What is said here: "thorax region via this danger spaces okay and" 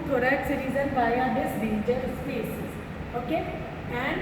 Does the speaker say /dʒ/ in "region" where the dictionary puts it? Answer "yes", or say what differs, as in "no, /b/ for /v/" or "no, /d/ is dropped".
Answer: no, /z/ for /dʒ/